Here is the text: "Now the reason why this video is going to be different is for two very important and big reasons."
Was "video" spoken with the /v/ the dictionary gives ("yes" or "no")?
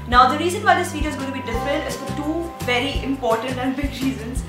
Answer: no